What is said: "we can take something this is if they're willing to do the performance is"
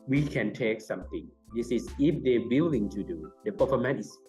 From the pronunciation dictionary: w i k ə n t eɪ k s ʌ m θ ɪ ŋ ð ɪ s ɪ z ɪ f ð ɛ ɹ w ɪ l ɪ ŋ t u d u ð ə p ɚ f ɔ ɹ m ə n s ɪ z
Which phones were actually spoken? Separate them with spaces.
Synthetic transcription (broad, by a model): w i k ə n t eɪ k s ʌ m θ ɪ ŋ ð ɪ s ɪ s ɪ f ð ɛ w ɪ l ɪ ŋ t u d u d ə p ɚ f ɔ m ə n ɪ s